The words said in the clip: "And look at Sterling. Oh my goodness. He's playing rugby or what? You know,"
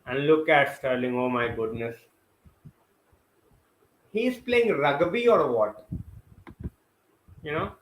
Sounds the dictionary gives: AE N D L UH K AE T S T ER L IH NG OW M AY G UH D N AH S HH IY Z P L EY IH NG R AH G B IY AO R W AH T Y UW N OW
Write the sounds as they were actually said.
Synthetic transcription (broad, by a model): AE N D L UH K AE T S T ER L IH NG OW M AY G UH D N AH S HH IY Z P L EY IH NG R AH G B IY AO R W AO T Y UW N OW